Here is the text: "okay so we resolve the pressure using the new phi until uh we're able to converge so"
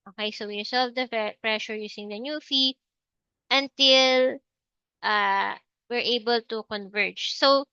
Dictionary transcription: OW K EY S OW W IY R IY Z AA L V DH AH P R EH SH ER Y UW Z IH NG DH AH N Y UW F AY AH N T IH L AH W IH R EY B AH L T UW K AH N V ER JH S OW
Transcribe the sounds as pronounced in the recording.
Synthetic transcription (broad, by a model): OW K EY S OW W IY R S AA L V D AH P R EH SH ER Y UW S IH NG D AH N Y UW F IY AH N T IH L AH W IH R EY B AH L T UW K AH N V ER JH S OW